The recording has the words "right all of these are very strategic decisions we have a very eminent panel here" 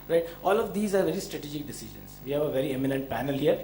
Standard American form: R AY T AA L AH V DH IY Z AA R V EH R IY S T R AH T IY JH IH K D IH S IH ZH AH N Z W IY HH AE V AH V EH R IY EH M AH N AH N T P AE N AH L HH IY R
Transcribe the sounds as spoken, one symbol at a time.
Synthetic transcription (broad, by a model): R AY T AA L AH V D IY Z AA R V EH R IY S T R AH T IY JH IH K D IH S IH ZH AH N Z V IY HH AE V AH V EH R IY EH M AH N AH N T P AE N AH L HH IY R